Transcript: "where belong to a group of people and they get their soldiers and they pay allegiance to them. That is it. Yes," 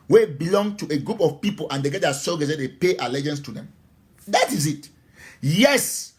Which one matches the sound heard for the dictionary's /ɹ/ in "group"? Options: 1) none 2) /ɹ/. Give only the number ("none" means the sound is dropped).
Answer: 2